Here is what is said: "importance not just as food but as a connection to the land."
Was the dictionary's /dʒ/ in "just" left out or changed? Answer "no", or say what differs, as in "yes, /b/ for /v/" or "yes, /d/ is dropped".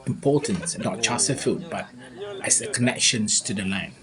yes, /tʃ/ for /dʒ/